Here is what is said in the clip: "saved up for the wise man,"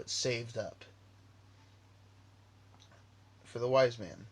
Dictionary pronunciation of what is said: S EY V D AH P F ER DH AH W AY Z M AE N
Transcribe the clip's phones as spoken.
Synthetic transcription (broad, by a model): S EY V D AH P F ER DH AH W AY Z M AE N